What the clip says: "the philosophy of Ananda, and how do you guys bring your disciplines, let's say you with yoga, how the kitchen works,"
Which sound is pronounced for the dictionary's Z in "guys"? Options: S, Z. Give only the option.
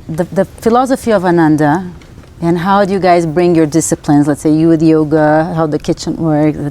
Z